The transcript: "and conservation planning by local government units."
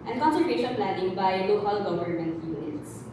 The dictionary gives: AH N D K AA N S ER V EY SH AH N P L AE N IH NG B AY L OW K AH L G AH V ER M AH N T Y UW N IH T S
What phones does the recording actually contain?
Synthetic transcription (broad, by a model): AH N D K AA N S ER EY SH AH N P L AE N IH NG B AY L OW K AH L G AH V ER M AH N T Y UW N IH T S